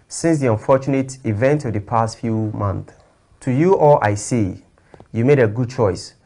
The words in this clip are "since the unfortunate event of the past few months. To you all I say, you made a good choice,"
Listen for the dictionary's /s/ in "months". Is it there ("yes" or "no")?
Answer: no